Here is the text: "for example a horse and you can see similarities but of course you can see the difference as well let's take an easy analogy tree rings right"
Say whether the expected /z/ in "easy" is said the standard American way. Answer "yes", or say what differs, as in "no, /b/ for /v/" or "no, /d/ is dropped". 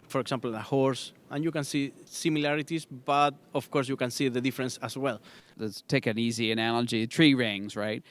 yes